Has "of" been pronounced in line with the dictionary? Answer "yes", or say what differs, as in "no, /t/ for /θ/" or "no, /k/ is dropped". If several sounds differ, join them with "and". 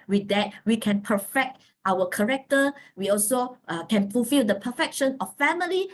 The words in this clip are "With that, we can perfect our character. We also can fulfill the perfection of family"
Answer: no, /f/ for /v/